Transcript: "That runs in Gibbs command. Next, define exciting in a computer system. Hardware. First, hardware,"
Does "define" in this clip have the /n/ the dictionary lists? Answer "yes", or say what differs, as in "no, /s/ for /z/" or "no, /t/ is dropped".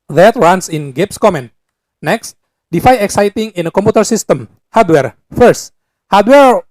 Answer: no, /n/ is dropped